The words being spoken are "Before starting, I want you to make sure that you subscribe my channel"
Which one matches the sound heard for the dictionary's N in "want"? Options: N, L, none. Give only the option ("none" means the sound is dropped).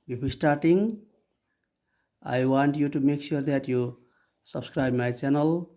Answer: N